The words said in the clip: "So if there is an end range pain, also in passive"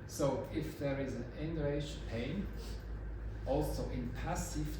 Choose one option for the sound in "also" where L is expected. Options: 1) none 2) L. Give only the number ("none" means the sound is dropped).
2